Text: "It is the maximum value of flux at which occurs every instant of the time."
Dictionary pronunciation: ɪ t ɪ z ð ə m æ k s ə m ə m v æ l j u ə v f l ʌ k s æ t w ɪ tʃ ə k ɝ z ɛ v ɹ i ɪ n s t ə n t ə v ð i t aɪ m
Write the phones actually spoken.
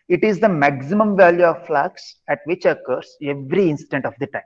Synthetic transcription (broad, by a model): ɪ t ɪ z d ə m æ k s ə m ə m v æ l j u ə v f l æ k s æ t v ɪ tʃ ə k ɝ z ɛ v ɹ i ɪ n s t ə n t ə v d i t aɪ m